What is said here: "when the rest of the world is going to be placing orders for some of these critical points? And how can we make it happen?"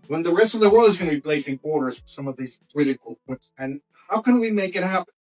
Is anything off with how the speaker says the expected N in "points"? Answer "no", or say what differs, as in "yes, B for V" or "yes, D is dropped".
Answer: yes, N is dropped